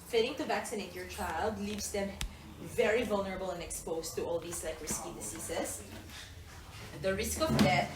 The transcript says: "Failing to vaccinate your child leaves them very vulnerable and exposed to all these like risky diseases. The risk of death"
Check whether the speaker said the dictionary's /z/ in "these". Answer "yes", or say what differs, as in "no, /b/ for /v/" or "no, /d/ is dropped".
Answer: no, /s/ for /z/